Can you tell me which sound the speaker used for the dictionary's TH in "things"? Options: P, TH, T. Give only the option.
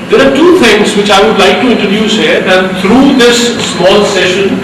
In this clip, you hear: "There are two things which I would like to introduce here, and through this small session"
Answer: T